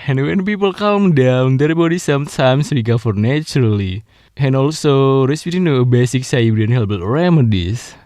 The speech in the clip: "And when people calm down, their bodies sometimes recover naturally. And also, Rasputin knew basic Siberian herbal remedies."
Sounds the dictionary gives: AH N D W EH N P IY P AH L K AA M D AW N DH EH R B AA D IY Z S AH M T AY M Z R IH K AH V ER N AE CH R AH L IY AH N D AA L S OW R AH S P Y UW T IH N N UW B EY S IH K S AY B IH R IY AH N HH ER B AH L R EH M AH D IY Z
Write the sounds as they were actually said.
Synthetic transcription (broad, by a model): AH N W EH N P IY P AH L K AA M D AW N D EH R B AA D IY S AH M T AY M S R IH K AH F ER N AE CH R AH L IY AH N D AA L S OW R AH S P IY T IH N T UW B EY S IH K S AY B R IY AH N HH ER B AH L R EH M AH D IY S